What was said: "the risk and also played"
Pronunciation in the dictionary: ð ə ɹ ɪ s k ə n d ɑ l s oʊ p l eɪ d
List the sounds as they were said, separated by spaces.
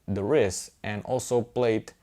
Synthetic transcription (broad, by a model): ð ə ɹ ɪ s ə n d ɑ l s oʊ p l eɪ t